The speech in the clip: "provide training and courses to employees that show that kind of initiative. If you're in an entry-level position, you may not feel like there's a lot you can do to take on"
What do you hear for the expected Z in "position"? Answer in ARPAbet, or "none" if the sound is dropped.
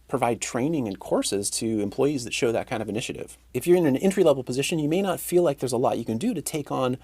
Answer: Z